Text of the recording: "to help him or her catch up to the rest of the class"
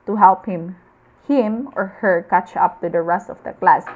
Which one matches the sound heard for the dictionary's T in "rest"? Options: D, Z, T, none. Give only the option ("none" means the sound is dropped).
T